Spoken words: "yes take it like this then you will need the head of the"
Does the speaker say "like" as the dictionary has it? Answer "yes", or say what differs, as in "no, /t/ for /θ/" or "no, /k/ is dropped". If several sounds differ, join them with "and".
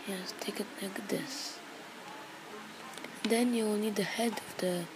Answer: no, /n/ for /l/